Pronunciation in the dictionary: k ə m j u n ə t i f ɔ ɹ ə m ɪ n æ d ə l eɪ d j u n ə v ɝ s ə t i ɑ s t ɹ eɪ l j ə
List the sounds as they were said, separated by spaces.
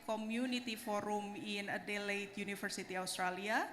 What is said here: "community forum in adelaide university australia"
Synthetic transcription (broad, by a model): k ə m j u n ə t i f ɔ ɹ ə m ɪ n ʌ d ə l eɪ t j u n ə f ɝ s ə t i ɑ s t ɹ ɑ l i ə